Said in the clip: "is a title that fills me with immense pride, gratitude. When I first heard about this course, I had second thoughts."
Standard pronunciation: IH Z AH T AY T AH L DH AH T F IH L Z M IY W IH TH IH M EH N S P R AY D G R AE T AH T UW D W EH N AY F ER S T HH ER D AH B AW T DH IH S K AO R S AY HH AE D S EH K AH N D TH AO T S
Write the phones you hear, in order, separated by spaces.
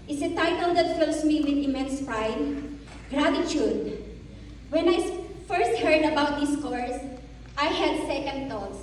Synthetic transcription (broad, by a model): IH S AH T AY T AH L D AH T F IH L S M IY W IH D IH M EH N S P R AY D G R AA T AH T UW D W EH N AY F ER S T HH ER D AH B AW T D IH S K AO R S AY HH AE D S EH K AH N D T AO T S